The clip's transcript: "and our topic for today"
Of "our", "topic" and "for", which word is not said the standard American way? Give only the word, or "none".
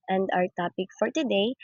our